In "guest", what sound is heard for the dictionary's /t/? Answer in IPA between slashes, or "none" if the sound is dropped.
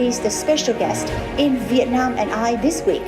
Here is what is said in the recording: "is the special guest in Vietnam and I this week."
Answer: /t/